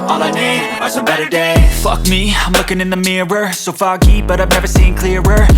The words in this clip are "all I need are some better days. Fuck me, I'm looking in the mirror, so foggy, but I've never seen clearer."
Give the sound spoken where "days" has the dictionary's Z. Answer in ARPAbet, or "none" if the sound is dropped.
none